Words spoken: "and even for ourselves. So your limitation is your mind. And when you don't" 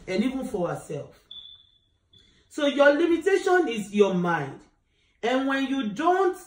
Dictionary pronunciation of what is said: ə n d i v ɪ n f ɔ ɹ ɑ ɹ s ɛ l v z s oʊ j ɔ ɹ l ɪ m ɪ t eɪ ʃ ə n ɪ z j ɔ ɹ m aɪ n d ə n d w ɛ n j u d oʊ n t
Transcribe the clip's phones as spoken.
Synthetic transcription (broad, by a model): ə n i v ɪ n f ɔ w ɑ s ɛ l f s oʊ j ɔ l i m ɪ t eɪ ʃ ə n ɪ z j ɔ m aɪ n d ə n w ɛ n j u d oʊ n t